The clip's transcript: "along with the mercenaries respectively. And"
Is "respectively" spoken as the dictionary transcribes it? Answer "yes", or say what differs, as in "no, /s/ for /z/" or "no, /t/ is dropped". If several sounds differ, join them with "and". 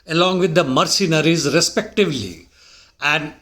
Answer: yes